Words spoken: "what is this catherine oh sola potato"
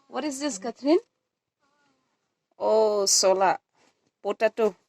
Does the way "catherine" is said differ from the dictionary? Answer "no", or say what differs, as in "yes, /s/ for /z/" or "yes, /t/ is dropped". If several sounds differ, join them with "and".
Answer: yes, /t/ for /θ/